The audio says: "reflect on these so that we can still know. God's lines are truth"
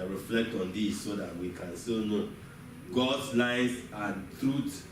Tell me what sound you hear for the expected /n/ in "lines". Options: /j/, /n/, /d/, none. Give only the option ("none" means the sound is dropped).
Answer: none